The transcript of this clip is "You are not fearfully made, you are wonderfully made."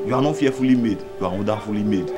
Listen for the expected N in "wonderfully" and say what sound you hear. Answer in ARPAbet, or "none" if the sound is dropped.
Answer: none